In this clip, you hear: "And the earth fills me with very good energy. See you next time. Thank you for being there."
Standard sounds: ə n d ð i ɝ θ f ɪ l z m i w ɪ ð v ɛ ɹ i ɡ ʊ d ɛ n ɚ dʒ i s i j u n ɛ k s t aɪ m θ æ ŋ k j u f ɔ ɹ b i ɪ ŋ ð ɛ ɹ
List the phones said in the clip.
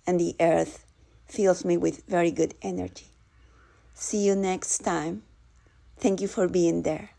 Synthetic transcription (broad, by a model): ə n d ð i ɝ θ f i l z m i w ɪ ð v ɛ ɹ i ɡ ʊ d ɛ n ɚ dʒ i s i j u n ɛ k s t aɪ m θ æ ŋ k j u f ɔ ɹ b i ɪ ŋ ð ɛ ɹ